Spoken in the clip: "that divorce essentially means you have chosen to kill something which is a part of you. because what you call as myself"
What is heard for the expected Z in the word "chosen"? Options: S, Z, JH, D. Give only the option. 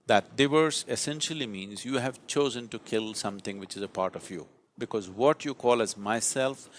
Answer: Z